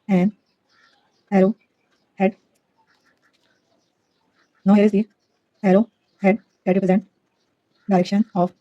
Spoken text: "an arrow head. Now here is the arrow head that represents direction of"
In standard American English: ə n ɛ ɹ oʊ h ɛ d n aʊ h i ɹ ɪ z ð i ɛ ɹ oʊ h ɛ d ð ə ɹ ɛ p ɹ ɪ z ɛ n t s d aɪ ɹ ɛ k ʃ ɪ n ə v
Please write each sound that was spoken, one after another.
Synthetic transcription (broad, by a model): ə n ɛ ɹ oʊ h ɛ d n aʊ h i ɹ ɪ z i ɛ ɹ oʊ h ɛ d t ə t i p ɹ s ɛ n t d aɪ ɹ ɛ k ʃ ɪ n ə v